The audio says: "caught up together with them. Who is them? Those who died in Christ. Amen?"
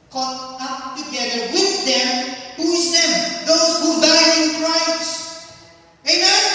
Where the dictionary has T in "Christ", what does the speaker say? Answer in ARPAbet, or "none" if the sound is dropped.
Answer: none